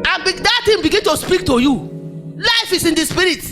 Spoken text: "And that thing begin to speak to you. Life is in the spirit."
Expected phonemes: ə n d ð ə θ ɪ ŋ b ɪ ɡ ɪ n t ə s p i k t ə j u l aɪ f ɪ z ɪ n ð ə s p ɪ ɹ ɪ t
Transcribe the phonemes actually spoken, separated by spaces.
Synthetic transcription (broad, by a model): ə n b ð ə t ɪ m b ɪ ɡ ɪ n t ə s p i k t ə j u l aɪ f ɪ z ɪ n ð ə s p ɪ ɹ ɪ t